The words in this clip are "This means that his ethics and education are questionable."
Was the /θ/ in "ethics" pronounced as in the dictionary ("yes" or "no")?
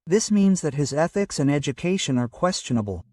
yes